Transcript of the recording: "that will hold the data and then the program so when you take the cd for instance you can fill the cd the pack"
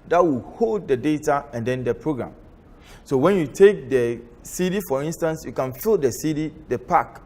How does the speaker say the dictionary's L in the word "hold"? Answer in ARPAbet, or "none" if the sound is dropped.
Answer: L